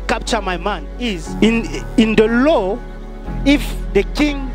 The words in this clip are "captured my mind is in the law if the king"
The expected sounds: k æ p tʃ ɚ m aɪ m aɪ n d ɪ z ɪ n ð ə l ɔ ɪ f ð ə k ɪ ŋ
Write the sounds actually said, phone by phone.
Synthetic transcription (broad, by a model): k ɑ p tʃ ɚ m aɪ m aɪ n ɪ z ɪ n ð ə l ɔ ɪ f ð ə k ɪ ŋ